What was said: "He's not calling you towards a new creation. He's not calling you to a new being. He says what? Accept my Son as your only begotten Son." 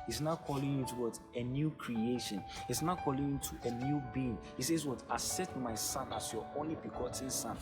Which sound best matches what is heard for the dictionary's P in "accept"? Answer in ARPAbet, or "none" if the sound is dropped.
none